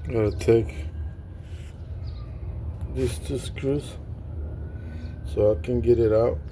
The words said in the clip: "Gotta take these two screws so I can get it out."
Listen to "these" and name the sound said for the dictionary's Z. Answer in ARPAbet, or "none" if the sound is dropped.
S